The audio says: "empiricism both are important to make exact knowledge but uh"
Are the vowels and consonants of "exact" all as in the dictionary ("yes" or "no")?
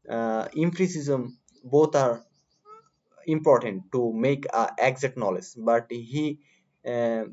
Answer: no